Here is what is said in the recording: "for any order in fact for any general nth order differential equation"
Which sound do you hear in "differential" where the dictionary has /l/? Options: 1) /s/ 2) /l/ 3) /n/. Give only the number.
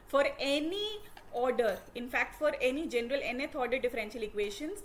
2